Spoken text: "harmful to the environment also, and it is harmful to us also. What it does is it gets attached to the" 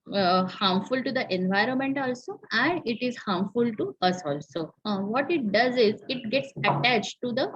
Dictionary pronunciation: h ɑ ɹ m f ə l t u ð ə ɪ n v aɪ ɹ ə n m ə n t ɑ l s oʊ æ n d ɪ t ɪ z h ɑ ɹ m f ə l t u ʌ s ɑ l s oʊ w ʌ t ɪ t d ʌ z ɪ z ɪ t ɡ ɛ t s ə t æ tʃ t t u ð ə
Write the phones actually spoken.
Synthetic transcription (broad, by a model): h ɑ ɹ m f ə l t u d ə ɪ n v aɪ ɹ ə n m ə n t ɑ l s oʊ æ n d ɪ t ɪ z h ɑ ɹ m f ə l t u ʌ s ɑ l s oʊ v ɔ t ɪ t d ʌ z ɪ z ɪ t ɡ ɛ t s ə t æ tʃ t t u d ə